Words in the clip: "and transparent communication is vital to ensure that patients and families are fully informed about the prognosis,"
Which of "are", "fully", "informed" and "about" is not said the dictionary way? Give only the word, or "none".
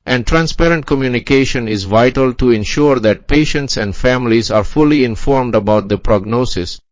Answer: none